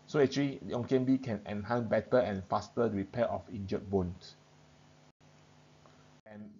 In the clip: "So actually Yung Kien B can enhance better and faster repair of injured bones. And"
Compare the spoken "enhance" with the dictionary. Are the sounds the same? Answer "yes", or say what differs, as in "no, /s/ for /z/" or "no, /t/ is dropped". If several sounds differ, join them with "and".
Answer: no, /s/ is dropped